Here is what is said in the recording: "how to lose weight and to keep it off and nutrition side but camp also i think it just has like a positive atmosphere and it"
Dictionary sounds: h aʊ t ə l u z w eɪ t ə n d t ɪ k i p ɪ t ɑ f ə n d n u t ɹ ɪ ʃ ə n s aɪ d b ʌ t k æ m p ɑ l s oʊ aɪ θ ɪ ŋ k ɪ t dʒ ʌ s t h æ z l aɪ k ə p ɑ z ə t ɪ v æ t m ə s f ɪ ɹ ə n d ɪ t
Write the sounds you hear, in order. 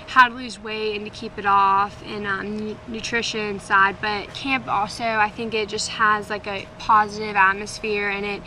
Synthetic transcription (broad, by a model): h aʊ t ə l u z w eɪ ə n t ɪ k i p ɪ t ɑ f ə n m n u t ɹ ɪ ʃ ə n s aɪ d b ʌ t k æ m p ɑ l s oʊ aɪ θ ɪ ŋ k ɪ t dʒ ʌ s t h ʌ z l aɪ k ə p ɑ z ə t ɪ v æ t m ə s f ɪ ɹ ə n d ɪ t